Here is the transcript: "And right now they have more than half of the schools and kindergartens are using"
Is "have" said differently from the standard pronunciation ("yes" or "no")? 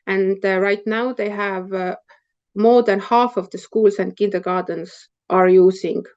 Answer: no